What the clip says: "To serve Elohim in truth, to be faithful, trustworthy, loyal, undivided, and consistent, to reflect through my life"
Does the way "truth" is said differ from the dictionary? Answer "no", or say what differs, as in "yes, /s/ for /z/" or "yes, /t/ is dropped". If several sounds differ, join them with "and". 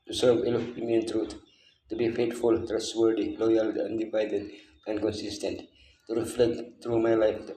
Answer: yes, /t/ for /θ/